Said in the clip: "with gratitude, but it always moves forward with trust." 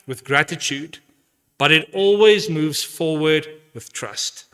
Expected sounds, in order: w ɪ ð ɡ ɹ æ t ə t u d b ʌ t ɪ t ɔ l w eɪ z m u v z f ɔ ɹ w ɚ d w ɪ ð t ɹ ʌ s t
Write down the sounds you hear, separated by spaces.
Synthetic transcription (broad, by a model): w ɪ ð ɡ ɹ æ t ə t u d b ʌ t ɪ t ɔ l w eɪ z m u v z f ɔ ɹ w ɚ d w ɪ ð t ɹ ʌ s t